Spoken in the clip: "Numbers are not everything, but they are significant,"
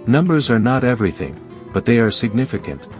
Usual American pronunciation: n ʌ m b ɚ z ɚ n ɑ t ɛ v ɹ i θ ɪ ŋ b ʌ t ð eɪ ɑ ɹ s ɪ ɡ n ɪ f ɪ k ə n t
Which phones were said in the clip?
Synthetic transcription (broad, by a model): n ʌ m b ɚ z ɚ n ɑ t ɛ v ɹ i θ ɪ ŋ b ʌ t ð eɪ ɑ ɹ s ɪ ɡ n ɪ f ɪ k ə n t